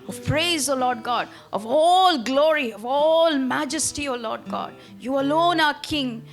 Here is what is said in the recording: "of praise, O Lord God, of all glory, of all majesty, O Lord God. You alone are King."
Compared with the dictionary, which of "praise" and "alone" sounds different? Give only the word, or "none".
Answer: none